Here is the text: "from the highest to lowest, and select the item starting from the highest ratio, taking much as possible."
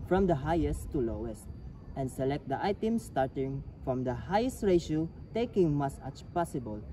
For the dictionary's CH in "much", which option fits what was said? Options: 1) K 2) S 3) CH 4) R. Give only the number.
2